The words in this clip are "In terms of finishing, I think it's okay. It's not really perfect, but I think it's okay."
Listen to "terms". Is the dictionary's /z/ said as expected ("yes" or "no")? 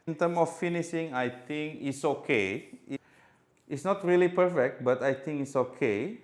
no